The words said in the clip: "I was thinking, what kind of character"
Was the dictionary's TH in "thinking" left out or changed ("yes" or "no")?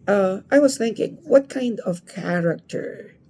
no